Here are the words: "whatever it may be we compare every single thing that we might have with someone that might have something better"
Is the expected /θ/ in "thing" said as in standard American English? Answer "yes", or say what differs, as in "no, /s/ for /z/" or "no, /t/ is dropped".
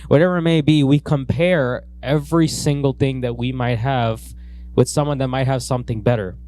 yes